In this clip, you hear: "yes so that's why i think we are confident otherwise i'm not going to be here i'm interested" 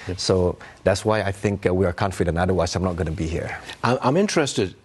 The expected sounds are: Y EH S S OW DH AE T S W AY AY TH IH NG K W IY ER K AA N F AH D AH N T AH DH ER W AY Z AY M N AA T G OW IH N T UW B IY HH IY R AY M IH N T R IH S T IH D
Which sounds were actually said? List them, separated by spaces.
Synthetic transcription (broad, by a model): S S OW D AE T S W AY AY TH IH NG K W IY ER K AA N F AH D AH N AA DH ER W AY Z AY M N AA T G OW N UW B IY HH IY R AY M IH N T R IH S T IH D